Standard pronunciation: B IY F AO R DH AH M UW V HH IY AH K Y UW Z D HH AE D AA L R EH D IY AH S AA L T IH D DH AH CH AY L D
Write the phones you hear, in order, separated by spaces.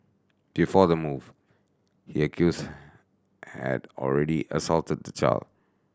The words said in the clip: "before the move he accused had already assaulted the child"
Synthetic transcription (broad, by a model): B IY F AO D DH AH M UW V HH IY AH K Y UW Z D HH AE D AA L R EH D IY AH S AA L T IH D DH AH CH AY L D